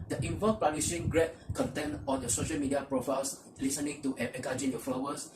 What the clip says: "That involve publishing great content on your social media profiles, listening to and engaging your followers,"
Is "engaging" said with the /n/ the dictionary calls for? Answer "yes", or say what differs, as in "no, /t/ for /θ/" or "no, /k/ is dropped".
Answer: no, /n/ is dropped